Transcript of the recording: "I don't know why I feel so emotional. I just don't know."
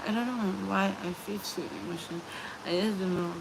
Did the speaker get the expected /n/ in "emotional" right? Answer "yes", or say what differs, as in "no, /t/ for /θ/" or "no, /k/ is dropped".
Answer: no, /n/ is dropped